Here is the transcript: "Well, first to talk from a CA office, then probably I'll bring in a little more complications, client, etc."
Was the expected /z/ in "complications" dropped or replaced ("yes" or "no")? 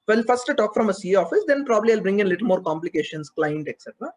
yes